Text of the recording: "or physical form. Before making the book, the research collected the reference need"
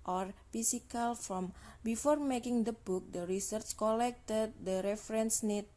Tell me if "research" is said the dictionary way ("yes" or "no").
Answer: yes